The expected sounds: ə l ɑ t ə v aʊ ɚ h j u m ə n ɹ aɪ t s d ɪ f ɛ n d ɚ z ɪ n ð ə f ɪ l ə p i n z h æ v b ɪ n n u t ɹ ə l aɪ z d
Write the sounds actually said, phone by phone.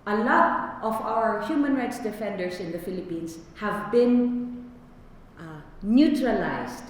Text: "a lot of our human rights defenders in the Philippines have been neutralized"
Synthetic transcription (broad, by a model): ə l ɑ t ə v aʊ ɚ h j u m ə n ɹ aɪ t s d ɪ f ɛ n d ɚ s ɪ n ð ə f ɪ l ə p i n s h æ v b ɪ n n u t ɹ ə l aɪ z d